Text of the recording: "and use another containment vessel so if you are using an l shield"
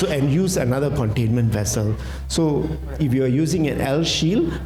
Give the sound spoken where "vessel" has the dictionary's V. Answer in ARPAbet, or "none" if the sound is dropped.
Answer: V